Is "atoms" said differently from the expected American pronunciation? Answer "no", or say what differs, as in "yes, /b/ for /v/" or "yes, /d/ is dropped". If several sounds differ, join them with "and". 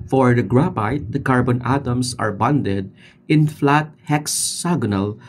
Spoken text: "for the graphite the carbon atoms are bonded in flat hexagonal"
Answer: yes, /s/ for /z/